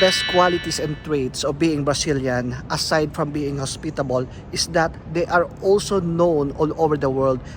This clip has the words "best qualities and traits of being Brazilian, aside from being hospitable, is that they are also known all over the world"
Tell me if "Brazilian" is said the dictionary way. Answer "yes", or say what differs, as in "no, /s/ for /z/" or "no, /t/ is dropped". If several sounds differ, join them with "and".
no, /s/ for /z/